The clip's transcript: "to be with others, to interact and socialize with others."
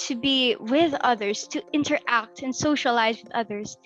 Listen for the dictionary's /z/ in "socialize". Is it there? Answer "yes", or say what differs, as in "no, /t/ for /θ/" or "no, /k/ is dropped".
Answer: yes